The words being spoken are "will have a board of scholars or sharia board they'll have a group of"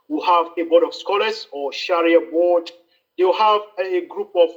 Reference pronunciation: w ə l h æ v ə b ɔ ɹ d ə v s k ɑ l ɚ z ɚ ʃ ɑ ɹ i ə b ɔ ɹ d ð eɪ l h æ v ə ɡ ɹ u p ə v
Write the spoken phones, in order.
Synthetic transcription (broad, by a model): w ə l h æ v ə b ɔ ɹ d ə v s k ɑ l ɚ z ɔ ʃ ɑ ɹ i ə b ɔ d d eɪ w h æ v ə ɡ ɹ u p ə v